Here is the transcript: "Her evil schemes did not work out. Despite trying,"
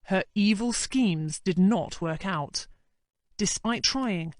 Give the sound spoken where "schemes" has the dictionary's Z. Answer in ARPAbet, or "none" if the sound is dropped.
Z